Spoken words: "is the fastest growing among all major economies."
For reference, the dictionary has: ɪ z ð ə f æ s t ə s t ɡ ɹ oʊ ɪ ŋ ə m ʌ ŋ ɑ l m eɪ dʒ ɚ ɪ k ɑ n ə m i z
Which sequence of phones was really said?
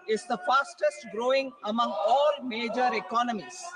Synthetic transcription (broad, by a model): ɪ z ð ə f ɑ s t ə s t ɡ ɹ oʊ ɪ ŋ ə m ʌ ŋ ɑ l m eɪ dʒ ɚ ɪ k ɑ n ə m i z